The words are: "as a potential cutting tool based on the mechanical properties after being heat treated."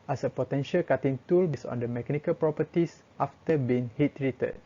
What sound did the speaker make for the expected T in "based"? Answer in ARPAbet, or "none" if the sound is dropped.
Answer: none